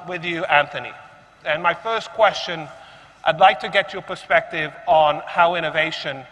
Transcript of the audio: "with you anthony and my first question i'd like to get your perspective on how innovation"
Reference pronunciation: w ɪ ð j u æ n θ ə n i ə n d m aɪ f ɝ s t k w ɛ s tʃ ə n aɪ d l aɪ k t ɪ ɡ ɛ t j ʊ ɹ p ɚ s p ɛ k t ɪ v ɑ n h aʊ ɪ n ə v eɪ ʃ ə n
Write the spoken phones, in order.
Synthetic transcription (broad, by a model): w ɪ ð j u æ n θ ə n i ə n m aɪ f ɝ s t k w ɛ s tʃ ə n aɪ d l aɪ k t ɪ ɡ ɛ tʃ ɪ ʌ p ɚ s p ɛ k t ɪ v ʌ n h aʊ ɪ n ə v eɪ ʃ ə n